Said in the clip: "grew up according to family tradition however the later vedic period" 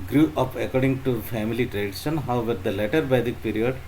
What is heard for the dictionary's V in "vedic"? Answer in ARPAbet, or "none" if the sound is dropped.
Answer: B